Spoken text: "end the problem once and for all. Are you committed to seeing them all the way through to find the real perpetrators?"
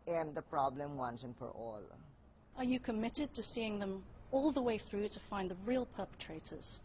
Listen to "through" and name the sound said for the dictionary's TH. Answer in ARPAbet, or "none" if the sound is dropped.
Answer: TH